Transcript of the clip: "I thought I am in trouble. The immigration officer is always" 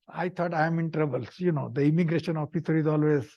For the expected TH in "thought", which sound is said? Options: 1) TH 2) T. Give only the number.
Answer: 2